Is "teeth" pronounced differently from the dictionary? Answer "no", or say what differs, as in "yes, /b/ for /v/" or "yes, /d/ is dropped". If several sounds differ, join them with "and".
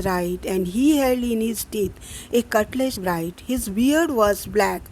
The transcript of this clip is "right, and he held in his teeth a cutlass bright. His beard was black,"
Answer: yes, /t/ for /θ/